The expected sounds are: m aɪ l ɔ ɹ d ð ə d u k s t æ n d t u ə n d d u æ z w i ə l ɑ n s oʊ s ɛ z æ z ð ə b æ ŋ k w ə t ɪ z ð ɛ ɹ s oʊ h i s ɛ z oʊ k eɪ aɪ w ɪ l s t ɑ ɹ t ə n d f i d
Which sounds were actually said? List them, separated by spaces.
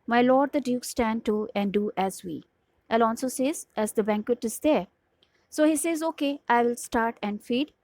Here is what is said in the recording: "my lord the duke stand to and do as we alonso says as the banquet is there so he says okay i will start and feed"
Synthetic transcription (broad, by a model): m aɪ l ɔ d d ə d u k s t æ n d t u ə n d d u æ z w i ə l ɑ l s oʊ s ɛ z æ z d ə b æ ŋ k w ə t ɪ z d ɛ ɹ s oʊ h i s ɛ z oʊ k eɪ aɪ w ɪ l s t ɑ ɹ t ə n d f i d